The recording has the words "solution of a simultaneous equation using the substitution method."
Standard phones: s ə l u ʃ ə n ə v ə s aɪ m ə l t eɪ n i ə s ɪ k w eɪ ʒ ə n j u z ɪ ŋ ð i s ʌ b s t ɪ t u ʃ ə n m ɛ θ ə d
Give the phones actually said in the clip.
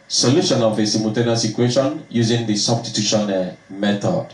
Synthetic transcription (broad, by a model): s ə l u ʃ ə n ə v ə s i m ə t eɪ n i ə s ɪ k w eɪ ʃ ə n j u z ɪ ŋ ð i s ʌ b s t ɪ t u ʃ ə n m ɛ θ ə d